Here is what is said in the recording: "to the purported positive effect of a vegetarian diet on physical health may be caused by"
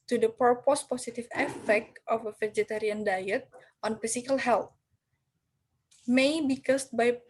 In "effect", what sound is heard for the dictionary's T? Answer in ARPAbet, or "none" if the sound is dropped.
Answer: T